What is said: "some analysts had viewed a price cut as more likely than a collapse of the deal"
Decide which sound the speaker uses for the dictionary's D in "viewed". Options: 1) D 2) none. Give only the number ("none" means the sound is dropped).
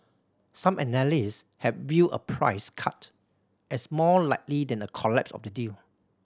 2